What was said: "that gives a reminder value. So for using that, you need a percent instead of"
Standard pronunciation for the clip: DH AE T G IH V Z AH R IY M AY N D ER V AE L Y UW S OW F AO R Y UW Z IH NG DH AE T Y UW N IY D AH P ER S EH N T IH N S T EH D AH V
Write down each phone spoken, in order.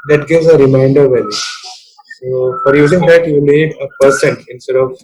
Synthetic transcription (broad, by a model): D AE T G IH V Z AH R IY M AY N D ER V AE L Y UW S OW F AO R Y UW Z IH NG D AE T Y UW L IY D AH P ER S EH N T IH N S T EH D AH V